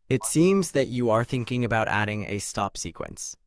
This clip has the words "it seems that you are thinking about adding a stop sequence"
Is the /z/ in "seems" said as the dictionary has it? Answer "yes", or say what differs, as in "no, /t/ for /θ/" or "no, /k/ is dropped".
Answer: yes